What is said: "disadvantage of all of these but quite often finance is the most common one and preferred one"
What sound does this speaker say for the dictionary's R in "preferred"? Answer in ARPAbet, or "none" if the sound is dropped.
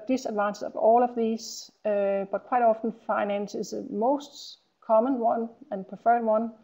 none